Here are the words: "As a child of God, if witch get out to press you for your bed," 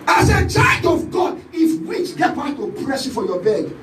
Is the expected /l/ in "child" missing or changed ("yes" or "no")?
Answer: yes